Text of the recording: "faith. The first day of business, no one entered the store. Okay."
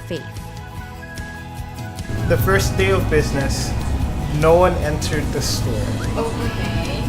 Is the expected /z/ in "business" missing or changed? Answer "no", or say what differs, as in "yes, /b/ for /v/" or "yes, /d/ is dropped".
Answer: no